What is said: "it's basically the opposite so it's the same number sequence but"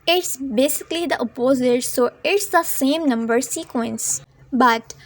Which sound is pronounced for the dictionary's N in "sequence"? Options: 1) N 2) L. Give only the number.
1